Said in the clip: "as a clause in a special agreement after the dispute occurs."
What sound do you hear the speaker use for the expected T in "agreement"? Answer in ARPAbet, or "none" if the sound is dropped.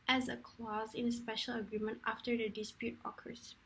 T